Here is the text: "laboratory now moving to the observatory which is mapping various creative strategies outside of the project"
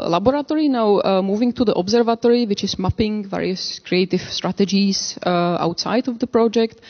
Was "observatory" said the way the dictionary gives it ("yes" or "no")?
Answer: yes